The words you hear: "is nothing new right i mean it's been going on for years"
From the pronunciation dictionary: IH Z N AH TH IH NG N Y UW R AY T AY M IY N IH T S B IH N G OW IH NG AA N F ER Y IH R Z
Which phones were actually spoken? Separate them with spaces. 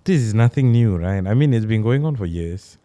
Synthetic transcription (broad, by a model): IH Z N AH TH IH NG N Y UW R AY T AY M IY N IH T S B IH N G OW IH NG AA N F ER Y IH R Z